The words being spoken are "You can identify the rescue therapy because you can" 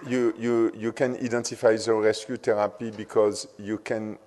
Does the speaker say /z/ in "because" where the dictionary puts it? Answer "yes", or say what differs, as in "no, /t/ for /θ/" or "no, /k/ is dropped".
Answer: yes